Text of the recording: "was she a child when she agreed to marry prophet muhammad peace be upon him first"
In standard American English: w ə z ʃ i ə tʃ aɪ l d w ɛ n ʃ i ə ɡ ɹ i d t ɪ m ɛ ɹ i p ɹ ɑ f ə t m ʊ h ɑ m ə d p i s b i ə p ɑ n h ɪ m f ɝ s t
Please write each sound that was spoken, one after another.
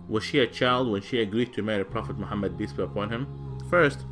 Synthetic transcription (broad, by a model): w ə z ʃ i ə tʃ aɪ l d w ɛ n ʃ i ə ɡ ɹ i d t ɪ m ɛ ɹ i p ɹ ɑ f ə t m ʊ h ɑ m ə d b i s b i ə p ɑ n h ɪ m f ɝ s t